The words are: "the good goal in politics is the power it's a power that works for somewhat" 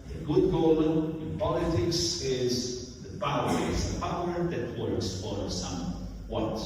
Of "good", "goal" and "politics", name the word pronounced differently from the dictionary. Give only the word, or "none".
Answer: goal